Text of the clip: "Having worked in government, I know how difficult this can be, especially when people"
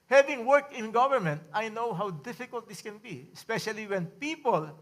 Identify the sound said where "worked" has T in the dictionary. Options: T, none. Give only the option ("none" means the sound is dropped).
none